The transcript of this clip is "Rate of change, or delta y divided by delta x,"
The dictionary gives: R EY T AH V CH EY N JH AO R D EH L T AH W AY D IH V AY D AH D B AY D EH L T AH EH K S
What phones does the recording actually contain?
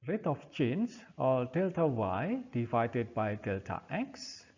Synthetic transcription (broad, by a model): R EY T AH F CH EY N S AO L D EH L T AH W AY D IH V AY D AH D B AY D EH L T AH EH K S